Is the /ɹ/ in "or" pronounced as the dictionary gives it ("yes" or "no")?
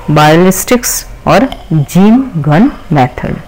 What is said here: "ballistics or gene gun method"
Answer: yes